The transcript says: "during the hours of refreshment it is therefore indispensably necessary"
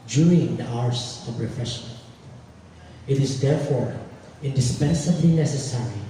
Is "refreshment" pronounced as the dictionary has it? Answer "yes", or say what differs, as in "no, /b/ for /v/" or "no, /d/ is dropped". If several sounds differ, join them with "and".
no, /m/ is dropped